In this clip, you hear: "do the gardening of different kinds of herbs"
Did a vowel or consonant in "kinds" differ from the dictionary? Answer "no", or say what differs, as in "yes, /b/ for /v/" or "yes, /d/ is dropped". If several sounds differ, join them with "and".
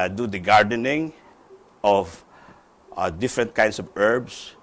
yes, /s/ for /z/